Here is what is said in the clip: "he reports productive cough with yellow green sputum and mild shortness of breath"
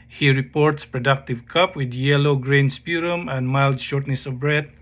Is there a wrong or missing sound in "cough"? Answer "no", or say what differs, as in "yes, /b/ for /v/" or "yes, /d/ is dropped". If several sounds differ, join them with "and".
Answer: yes, /p/ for /f/